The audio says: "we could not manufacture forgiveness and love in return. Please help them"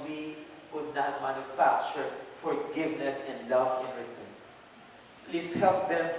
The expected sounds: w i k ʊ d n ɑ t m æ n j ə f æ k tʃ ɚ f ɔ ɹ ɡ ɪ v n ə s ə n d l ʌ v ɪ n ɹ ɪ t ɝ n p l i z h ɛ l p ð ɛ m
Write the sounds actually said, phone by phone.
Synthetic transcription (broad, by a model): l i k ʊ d n ɑ t m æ n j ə f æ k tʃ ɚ f ɔ ɹ ɡ ɪ v n ə s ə n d l ʌ v ɪ n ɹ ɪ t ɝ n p l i s h ɛ l p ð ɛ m